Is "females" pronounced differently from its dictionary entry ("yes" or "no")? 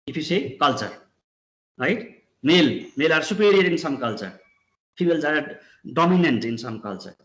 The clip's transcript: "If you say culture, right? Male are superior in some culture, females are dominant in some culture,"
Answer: yes